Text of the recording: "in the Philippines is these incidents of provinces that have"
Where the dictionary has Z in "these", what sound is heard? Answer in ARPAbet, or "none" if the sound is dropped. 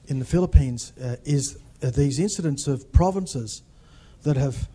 Z